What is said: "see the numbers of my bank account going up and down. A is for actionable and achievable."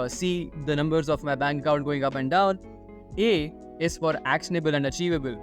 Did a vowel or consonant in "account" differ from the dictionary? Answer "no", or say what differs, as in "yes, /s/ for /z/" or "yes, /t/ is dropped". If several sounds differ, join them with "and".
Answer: yes, /k/ is dropped and /n/ is dropped